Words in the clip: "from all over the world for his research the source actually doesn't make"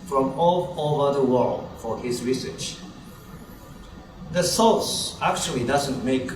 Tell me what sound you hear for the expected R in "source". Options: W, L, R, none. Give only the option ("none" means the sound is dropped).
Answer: L